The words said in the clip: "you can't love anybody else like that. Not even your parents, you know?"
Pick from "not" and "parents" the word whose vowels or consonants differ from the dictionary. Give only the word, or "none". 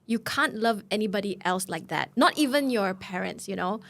none